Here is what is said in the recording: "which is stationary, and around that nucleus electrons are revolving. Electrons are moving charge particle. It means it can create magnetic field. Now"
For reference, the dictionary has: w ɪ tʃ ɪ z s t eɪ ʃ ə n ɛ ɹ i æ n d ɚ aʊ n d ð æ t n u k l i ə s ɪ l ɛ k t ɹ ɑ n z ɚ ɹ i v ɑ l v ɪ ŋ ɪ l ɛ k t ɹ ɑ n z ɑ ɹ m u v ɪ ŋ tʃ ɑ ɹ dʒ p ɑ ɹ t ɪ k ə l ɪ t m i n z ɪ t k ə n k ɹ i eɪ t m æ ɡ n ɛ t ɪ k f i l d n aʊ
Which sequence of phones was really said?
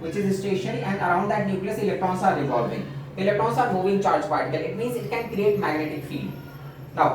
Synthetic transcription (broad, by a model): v ɪ tʃ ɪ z s t eɪ ʃ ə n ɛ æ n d ɚ aʊ n d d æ t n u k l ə s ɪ l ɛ k t ɹ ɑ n s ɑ ɹ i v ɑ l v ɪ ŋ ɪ l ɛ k t ɹ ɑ n s ɑ ɹ m u v ɪ ŋ tʃ ɑ ɹ dʒ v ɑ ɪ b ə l ɪ t m i n z ɪ t k ə n k ɹ i eɪ t m æ ɡ n ɛ t ɪ k f i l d n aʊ